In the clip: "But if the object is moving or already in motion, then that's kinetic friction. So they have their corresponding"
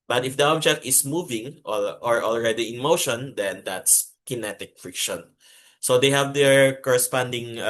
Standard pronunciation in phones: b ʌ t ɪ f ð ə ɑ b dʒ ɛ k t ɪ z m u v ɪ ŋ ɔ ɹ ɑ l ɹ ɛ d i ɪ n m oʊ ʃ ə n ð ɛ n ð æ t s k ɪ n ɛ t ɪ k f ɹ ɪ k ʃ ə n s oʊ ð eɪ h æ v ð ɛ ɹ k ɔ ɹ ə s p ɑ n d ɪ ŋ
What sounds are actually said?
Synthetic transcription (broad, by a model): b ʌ t ɪ f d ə ɑ b dʒ ɛ k t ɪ s m u v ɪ ŋ ɔ ɹ ɑ l ɹ ɛ d i ɪ n m oʊ ʃ ə n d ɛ n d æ t s k ɪ n ɛ t ɪ k f ɹ ɪ k ʃ ə n s oʊ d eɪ h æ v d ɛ ɹ k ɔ ɹ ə s p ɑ n d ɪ ŋ